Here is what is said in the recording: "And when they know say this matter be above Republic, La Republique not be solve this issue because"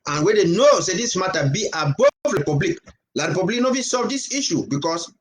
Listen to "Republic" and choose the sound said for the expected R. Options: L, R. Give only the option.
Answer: L